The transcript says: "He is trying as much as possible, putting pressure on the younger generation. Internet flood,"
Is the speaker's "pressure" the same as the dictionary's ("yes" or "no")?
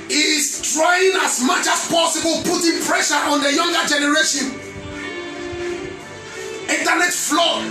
yes